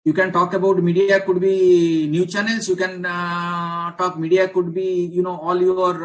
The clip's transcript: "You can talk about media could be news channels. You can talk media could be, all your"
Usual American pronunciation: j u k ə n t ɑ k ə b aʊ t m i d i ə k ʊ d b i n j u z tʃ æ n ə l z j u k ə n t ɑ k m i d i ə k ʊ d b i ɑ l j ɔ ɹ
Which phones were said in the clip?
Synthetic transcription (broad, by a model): j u k ə n t ɑ k ə b aʊ t m i d i ə k ʊ d b i n j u tʃ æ n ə l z j u k ə n t ɑ k m i d i ə k ʊ d b i ɑ l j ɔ ɹ